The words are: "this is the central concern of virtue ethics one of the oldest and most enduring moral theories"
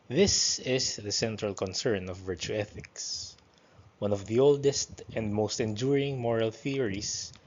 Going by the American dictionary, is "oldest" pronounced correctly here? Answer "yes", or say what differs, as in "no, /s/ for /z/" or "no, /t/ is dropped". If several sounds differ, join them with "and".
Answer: yes